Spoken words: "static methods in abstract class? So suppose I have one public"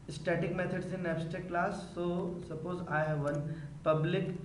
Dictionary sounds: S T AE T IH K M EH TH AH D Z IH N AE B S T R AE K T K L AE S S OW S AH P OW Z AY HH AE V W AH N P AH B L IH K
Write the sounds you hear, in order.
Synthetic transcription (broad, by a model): S T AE T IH K M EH T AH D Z IH N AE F S T EH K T K L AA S S OW S AH P OW Z AY HH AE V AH N P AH B L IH K